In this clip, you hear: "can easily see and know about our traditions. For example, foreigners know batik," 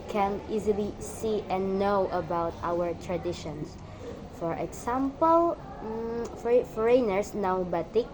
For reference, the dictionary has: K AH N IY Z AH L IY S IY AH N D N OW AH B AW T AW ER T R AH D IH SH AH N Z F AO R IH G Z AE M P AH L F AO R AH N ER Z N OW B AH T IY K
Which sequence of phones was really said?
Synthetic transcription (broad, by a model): K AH N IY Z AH L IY S IY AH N N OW AH B AW T AW ER T R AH D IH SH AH N S F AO R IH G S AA M P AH L F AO R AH N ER S N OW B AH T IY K